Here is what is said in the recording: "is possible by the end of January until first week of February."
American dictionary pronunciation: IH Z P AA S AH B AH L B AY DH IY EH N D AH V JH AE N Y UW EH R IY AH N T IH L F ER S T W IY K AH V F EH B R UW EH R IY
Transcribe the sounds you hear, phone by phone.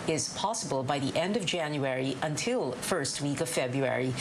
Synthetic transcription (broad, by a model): IH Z P AA S AH B AH L B AY DH IY EH N D AH V JH AE N Y UW EH R IY AH N T IH L F ER S T W IY K AH V F EH B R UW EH R IY